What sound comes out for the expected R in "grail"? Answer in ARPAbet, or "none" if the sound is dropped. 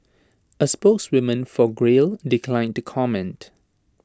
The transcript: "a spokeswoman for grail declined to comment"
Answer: R